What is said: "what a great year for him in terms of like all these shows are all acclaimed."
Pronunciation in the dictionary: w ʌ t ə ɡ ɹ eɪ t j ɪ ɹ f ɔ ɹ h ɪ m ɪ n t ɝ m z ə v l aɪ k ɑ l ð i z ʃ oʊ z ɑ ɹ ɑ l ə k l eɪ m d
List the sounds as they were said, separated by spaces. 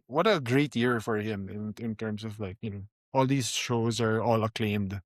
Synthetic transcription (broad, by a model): w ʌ t ə ɡ ɹ eɪ t j ɪ ɹ f ɔ ɹ h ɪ m ɪ n t ɝ m s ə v l aɪ k ɑ l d i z ʃ oʊ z ɑ ɹ ɑ l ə k l eɪ m d